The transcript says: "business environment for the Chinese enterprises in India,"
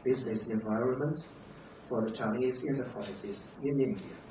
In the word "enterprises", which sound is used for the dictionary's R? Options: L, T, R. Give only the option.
L